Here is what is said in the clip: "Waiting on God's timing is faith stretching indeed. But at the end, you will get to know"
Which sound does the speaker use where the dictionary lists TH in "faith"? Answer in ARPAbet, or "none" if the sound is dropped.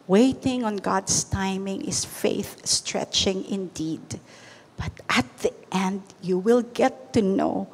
TH